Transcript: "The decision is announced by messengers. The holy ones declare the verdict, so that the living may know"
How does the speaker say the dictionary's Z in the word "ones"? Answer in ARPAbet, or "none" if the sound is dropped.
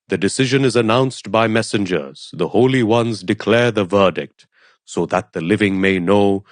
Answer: Z